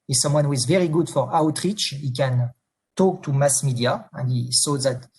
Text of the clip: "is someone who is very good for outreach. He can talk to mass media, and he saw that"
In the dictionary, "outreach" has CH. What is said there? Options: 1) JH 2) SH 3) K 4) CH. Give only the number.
4